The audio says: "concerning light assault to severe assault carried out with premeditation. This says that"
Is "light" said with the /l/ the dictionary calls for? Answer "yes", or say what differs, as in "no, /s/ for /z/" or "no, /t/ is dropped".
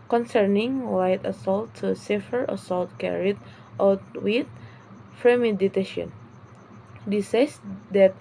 no, /w/ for /l/